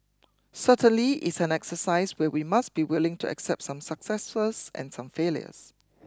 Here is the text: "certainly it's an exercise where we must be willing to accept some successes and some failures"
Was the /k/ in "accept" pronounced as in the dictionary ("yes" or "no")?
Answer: yes